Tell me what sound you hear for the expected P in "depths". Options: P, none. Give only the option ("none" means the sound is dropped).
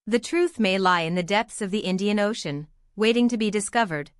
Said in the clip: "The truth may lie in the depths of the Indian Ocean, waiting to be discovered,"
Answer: P